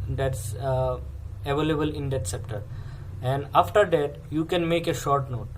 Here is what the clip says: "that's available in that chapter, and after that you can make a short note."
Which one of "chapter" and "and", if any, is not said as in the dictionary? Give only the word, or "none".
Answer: chapter